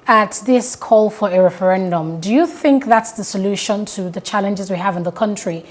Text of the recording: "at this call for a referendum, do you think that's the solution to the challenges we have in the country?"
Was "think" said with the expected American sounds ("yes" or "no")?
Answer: yes